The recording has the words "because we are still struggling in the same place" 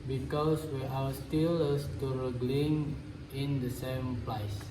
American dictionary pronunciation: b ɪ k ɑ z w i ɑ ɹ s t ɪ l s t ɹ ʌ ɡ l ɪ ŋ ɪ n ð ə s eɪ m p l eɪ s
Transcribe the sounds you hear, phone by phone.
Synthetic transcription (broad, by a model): b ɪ k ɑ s w i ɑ w s t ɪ l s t ɹ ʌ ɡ l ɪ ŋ ɪ n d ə s eɪ m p l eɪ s